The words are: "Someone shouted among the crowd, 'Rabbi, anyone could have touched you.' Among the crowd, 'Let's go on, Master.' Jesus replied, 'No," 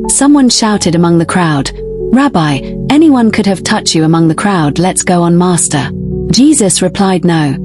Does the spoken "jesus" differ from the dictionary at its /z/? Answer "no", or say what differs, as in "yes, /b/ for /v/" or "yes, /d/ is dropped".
no